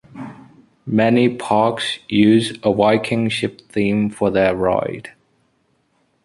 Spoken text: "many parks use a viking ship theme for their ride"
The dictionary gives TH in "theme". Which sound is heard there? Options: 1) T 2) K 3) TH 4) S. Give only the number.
3